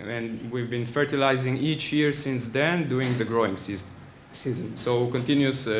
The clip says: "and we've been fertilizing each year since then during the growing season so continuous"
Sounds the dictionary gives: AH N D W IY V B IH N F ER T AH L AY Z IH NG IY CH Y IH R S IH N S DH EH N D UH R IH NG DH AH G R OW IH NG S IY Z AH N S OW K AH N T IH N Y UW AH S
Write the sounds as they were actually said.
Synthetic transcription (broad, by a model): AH N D W IY V B IH N F ER T AH L AY Z IH NG IY CH Y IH R S IH N S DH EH N D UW IH NG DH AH G R OW IH NG S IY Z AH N S OW K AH N T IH N Y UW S